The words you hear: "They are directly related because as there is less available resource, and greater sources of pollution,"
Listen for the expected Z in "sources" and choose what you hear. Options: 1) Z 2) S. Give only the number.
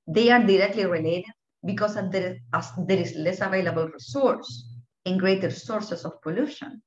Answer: 2